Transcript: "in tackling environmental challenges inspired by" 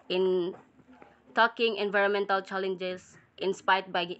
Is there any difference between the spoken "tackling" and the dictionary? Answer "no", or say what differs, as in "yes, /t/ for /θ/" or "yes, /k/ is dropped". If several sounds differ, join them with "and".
yes, /l/ is dropped